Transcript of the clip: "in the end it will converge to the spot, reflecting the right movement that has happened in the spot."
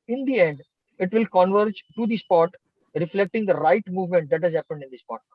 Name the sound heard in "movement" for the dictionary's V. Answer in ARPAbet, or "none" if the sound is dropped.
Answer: V